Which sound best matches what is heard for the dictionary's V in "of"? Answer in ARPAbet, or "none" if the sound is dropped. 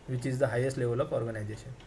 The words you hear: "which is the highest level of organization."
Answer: P